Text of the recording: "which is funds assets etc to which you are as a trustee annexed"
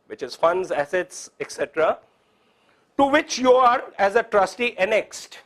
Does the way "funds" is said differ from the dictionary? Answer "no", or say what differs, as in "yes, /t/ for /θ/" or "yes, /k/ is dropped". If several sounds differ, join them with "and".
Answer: no